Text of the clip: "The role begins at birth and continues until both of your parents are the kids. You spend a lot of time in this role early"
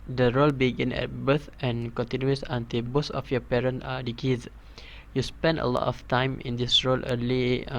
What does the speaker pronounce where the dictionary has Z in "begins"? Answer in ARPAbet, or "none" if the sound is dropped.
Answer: none